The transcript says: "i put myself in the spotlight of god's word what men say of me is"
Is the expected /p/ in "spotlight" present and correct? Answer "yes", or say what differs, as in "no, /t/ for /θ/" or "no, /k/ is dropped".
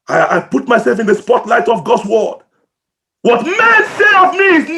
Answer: yes